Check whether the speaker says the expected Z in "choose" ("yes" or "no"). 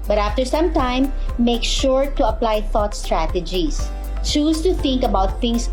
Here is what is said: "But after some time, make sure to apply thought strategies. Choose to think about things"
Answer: no